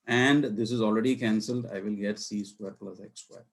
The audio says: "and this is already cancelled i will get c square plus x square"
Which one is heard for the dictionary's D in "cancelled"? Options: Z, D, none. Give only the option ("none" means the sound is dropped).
D